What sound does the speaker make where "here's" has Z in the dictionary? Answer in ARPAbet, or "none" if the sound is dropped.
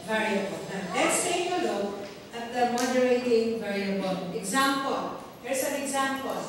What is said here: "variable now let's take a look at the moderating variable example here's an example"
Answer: S